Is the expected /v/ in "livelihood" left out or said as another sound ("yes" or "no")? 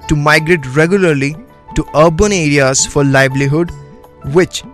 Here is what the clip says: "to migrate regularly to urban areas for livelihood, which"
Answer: yes